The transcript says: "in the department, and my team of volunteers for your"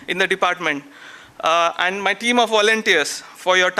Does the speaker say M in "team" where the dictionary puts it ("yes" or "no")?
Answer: yes